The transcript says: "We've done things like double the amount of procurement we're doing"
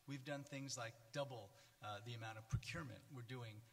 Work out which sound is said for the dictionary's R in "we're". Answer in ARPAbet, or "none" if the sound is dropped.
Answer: R